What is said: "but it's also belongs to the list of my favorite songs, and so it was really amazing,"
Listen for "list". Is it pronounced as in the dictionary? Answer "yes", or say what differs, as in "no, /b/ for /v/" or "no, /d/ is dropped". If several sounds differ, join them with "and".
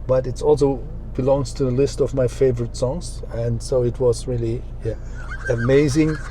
yes